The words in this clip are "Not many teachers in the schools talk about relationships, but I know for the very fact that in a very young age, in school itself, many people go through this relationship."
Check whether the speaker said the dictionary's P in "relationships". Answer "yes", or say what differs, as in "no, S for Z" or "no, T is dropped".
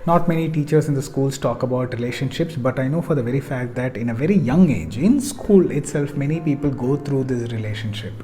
yes